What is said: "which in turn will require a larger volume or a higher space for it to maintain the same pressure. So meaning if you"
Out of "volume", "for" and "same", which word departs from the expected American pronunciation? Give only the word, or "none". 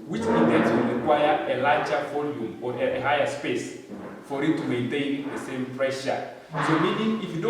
none